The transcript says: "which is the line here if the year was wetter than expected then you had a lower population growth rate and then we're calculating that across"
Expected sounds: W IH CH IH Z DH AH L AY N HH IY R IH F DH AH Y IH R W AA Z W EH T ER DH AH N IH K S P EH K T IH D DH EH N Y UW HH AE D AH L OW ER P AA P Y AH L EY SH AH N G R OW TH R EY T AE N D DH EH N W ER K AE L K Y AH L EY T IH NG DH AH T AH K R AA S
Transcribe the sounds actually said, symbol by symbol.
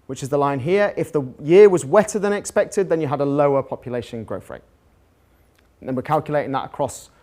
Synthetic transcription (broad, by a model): W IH CH IH Z DH AH L AY N HH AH R IH F DH AH Y IH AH W AA Z W EH T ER DH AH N IH K S P EH K T IH D DH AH N Y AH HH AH D AH L OW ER P AA P Y AH L EY SH AH N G R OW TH R EY T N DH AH N W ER K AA L K Y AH L EY T IH NG DH AH T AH K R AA S